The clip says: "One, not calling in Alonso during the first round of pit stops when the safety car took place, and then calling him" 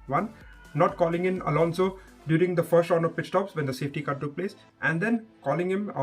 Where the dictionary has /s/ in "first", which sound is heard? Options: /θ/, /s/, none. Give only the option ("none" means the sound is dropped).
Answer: /s/